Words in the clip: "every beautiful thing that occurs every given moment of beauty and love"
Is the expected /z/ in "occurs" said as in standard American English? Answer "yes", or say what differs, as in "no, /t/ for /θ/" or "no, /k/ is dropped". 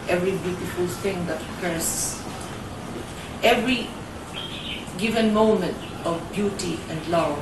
no, /s/ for /z/